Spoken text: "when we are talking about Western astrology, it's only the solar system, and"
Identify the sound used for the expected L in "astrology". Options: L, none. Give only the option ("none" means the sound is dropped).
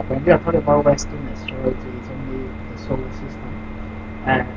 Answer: none